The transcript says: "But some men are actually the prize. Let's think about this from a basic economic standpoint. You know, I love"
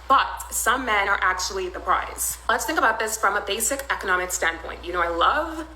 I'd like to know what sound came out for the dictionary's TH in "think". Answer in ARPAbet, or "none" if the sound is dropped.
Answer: TH